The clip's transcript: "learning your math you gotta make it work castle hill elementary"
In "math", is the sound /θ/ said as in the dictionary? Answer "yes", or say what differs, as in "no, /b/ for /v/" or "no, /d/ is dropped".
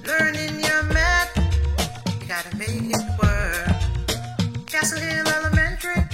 no, /t/ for /θ/